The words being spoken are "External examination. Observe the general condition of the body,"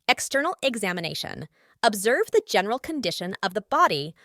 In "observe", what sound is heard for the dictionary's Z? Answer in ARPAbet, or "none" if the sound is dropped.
Z